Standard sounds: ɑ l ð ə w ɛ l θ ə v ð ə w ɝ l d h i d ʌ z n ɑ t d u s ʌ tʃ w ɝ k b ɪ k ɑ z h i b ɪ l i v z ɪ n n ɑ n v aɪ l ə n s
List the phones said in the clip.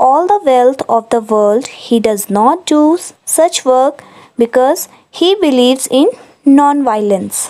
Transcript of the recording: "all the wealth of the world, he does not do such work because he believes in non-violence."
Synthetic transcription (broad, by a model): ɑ l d ə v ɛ l t ə v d ə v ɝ l d h i d ʌ z n ɑ t d u s ʌ tʃ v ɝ k b ɪ k ɑ z h i b ɪ l i v z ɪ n n ɑ n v aɪ l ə n s